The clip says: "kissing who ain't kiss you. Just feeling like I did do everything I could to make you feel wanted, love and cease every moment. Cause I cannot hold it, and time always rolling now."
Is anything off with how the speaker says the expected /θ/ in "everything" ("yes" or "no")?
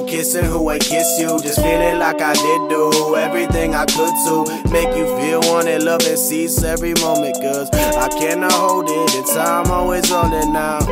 no